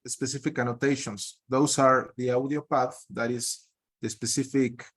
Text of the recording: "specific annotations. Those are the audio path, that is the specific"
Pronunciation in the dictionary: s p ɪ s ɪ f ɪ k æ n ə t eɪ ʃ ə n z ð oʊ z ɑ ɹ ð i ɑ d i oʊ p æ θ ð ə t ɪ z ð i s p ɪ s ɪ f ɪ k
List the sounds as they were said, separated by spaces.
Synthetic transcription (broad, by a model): s p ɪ s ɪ f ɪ k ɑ n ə t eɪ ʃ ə n s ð oʊ s ɑ ɹ ð i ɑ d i oʊ p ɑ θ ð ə t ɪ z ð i s p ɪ s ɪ f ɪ k